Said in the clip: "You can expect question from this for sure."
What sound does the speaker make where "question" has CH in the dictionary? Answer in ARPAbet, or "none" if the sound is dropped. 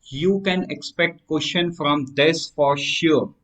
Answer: SH